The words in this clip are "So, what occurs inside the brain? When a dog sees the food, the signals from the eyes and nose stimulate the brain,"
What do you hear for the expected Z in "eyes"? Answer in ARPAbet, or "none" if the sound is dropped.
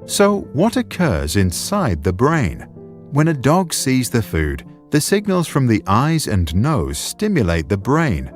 Z